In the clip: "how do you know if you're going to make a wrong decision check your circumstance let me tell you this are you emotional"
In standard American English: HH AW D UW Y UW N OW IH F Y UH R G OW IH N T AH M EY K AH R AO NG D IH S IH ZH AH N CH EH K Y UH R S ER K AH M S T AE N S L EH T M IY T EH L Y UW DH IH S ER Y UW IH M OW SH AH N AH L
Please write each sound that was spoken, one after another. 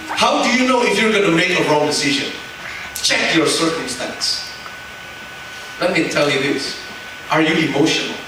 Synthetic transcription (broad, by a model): HH AW D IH Y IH N OW IH F Y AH R G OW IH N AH M EY K AH R AO NG D IH S IH ZH AH N CH EH K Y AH R S ER K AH M S T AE N S L EH T M IY T EH L Y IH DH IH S ER Y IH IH M OW SH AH N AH L